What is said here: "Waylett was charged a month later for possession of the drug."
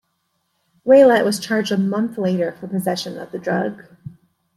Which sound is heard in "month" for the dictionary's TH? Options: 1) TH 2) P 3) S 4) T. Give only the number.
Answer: 1